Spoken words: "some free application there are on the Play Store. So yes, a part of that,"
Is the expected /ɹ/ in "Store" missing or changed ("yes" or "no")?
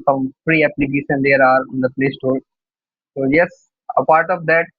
yes